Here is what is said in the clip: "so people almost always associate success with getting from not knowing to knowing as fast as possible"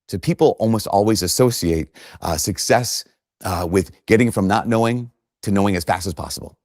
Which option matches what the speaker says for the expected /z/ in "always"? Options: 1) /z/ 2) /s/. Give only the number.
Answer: 1